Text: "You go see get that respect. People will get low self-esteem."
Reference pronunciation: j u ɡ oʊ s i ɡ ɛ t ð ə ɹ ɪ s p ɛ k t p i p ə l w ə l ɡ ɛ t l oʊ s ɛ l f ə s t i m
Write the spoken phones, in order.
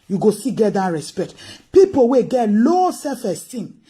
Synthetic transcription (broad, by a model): j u ɡ oʊ s i ɡ ɛ t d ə ɹ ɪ s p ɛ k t p i p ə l w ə ɡ ɛ t l oʊ s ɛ f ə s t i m